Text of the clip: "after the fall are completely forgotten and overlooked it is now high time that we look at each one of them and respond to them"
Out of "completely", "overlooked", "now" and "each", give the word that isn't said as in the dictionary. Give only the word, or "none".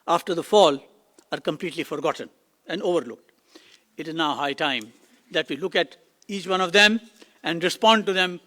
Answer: none